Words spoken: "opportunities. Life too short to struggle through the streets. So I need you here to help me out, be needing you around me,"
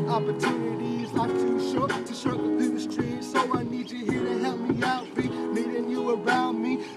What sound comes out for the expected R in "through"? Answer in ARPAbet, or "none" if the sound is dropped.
none